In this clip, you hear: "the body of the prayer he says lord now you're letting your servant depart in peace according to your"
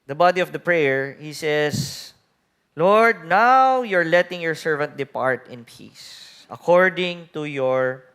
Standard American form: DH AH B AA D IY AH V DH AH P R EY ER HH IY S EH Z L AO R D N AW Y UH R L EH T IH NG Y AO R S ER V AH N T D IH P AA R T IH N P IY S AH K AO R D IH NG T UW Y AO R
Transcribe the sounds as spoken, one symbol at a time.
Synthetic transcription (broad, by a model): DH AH B AA D IY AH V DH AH P R EY ER HH IY S EH S L AO R D N AW Y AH R L EH T IH NG Y AO R S ER V AH N T D IH P AA R T IH N P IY S AH K AO R D IH NG T UW Y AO R